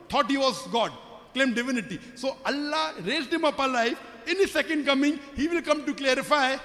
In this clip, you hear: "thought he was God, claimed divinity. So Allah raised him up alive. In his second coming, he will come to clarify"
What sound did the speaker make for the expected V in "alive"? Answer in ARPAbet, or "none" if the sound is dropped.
F